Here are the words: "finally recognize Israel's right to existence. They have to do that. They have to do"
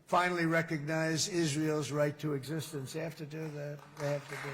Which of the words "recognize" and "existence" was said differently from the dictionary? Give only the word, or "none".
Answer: none